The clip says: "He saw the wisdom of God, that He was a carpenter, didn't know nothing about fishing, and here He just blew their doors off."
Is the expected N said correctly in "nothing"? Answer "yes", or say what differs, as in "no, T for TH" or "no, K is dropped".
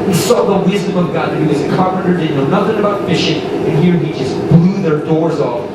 yes